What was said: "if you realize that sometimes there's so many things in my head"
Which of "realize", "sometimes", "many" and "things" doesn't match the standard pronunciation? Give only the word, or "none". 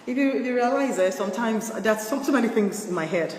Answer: none